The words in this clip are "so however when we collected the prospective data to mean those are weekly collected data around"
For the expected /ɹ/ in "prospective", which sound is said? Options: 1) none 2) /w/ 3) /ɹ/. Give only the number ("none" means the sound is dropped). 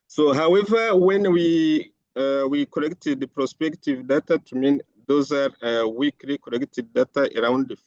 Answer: 3